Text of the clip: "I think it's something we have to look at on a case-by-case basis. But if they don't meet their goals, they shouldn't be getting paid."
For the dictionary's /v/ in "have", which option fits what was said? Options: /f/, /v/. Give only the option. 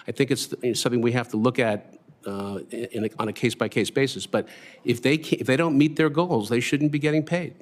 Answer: /f/